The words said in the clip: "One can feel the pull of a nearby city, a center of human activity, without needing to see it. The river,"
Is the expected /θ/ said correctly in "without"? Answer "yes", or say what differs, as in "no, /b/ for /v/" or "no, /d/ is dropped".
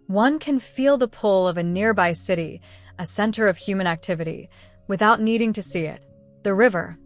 yes